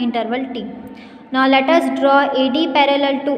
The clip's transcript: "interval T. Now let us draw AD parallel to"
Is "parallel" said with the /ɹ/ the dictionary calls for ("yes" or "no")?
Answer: yes